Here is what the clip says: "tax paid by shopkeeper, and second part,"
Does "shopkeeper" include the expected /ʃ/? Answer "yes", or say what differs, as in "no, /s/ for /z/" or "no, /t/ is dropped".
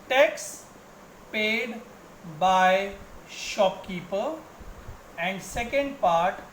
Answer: yes